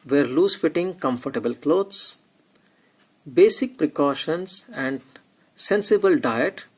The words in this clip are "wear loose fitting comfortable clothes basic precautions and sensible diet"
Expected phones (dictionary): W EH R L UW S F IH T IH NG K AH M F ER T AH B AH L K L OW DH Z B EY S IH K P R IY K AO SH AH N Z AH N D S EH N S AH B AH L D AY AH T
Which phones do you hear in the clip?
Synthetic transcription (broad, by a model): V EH R L UW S F IH T IH NG K AH M F ER T AH B AH L K L OW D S B EY S IH K P R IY K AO SH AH N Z AH N D S EH N S AH B AH L D AY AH T